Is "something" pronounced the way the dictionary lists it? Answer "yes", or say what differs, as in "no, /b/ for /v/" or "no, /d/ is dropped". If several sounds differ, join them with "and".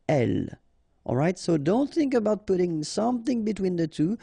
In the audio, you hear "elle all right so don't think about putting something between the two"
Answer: yes